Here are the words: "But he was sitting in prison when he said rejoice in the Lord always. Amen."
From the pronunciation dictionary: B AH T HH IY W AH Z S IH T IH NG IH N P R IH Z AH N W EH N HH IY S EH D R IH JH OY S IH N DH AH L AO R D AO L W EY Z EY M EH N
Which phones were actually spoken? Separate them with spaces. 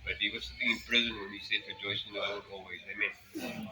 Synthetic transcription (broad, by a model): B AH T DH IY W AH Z S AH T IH NG IH N P R IH Z AH N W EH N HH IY S EH D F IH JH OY SH IH N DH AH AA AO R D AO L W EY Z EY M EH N